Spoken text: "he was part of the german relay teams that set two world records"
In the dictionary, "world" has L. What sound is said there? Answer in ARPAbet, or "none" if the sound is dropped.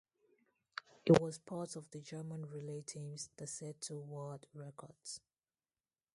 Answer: none